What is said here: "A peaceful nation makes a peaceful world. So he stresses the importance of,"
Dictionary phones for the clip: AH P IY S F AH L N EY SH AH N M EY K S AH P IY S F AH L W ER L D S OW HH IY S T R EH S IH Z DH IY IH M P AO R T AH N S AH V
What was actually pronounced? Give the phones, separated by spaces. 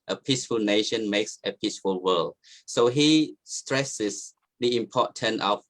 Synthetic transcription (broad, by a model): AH P IY S F AH L N EY SH AH N M EY K S AH P IY S F AH L W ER L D S OW HH IY S T R EH S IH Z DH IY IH M P AO T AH N AH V